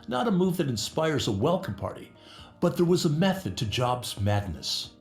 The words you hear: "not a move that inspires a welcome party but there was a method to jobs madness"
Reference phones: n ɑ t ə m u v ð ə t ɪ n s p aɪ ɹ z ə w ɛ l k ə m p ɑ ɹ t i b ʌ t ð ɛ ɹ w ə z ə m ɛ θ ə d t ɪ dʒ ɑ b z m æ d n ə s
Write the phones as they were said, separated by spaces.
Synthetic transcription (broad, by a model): n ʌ t ə m u v ð ə t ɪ n s p aɪ ɹ z ə w ɛ l k ə m p ɑ ɹ t i b ʌ t ð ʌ ɹ w ə z ə m ɛ θ ə d t ɪ dʒ ɑ b z m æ d n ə s